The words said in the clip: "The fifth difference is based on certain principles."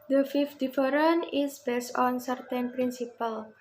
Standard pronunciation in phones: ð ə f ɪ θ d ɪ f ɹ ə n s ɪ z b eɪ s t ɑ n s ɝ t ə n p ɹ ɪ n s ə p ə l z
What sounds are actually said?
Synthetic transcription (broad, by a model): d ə f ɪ f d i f ɹ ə n ɪ s b eɪ s t ɑ n s ɝ t ə n p ɹ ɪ n s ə p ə l